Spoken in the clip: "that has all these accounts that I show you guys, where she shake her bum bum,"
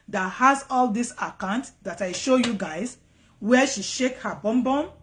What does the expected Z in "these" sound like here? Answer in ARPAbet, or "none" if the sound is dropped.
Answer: S